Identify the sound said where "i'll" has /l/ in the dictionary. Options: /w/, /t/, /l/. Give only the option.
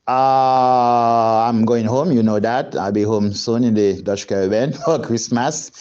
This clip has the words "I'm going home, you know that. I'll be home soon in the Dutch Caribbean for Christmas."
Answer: /l/